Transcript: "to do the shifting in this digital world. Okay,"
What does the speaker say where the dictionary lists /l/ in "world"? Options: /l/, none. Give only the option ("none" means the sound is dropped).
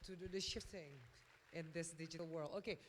/l/